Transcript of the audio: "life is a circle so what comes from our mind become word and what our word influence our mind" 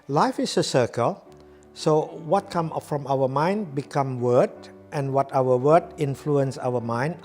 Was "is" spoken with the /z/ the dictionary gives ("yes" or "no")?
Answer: no